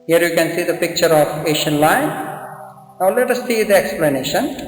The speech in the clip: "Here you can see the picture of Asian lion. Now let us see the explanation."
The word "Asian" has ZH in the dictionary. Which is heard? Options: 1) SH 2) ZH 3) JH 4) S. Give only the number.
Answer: 1